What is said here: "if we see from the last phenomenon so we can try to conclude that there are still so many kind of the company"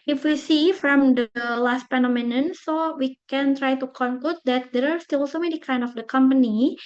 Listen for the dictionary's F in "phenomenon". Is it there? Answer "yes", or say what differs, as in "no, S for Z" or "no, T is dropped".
no, P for F